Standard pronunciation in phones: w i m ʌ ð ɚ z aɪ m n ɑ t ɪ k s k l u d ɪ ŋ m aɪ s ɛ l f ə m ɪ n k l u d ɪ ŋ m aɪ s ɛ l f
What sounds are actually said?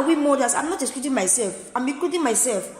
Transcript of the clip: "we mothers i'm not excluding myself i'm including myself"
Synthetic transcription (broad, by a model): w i m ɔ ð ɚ s aɪ m n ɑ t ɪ s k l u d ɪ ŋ m aɪ s ɛ l f ə m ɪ k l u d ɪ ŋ m aɪ s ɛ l f